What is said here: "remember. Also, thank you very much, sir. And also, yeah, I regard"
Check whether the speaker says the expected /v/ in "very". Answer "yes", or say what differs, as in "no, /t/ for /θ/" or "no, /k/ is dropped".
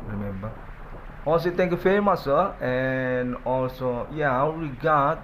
no, /f/ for /v/